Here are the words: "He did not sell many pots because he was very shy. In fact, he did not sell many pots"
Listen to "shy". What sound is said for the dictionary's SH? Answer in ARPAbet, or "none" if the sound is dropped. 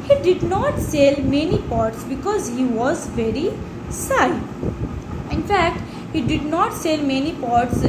S